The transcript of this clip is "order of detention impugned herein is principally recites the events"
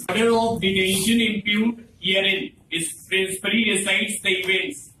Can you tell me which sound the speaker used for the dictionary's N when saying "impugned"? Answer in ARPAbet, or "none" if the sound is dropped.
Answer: none